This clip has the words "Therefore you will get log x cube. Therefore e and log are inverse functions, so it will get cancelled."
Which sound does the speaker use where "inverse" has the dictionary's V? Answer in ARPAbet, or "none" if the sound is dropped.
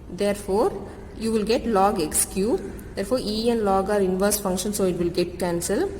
V